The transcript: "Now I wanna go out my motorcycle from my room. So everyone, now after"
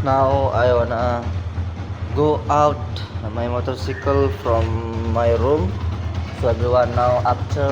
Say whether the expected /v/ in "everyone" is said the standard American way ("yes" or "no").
no